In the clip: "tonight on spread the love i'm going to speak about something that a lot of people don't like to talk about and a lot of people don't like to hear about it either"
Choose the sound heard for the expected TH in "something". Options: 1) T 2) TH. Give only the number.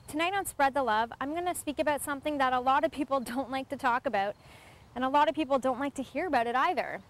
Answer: 2